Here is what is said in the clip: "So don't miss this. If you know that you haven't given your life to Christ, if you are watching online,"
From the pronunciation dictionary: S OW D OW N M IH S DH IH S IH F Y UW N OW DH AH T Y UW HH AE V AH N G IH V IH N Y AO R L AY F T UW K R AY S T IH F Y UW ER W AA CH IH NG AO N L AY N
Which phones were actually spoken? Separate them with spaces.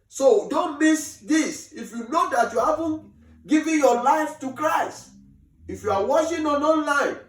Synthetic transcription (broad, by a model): S OW D OW N M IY S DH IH S IH F Y UW N OW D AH T Y UW HH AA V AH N G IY V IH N Y AO L AY F T UW K R AY S T IH F Y UW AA W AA SH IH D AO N L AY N